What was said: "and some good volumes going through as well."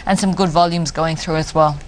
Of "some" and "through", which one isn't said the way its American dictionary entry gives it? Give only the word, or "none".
none